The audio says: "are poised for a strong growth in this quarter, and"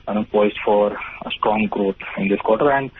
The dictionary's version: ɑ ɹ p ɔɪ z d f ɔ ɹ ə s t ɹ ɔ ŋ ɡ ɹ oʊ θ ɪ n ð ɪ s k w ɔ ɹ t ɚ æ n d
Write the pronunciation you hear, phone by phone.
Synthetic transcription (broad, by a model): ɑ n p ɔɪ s f ɔ ɹ ə s t ɹ ɔ ŋ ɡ ɹ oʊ t ɪ n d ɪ s k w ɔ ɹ t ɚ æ n d